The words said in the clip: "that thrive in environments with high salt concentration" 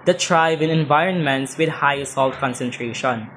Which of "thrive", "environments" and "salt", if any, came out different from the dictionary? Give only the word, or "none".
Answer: thrive